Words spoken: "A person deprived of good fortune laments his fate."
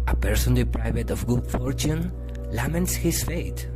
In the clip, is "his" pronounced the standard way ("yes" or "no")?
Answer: no